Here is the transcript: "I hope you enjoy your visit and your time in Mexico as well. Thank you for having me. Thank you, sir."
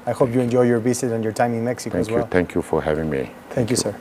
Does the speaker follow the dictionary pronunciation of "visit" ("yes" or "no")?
no